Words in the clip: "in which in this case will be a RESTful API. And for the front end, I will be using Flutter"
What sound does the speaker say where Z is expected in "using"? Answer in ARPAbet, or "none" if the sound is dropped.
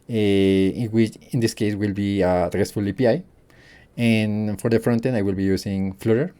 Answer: S